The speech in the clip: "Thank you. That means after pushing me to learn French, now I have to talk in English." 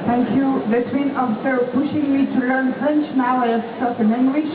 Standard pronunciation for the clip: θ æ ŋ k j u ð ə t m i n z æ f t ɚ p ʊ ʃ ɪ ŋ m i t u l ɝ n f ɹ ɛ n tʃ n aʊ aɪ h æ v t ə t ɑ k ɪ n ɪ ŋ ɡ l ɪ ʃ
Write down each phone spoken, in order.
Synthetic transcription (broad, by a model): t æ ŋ k j u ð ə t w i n ɔ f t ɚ p ʊ ʃ ɪ ŋ m i t u l ɝ n f ɹ ɛ n tʃ n aʊ aɪ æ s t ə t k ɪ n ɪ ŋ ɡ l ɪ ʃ